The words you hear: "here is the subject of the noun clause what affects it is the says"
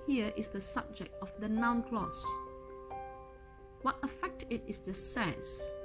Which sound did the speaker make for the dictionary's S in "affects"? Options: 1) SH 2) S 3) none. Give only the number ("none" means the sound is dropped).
3